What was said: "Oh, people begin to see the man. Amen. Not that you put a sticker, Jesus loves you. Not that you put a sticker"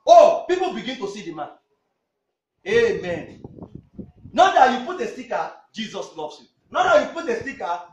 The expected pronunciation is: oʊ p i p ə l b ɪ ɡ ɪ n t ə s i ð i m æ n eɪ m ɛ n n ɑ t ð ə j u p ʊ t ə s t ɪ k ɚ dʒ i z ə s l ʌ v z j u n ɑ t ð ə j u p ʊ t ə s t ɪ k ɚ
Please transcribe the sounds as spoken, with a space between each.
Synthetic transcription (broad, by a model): oʊ p i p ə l b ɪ ɡ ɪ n t ə s i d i m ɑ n eɪ m ɛ n n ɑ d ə j u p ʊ t ə s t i k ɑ dʒ i z ə s l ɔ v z j u n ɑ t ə j u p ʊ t ə s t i k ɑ